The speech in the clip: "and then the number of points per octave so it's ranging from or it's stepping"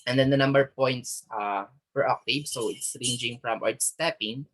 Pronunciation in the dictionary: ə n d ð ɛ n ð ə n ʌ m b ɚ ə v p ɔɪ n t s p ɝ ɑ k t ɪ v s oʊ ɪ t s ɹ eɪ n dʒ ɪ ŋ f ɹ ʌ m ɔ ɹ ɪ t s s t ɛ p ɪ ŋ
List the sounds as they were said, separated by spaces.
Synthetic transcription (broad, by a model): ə n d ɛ n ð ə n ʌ m b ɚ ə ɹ p ɔɪ n t s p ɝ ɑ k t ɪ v s oʊ ɪ t s ɹ eɪ n dʒ ɪ ŋ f ɹ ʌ m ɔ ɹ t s s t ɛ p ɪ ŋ